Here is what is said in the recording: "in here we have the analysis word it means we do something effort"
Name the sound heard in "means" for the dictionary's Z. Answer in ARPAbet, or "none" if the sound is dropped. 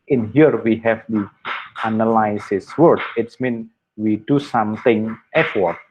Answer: none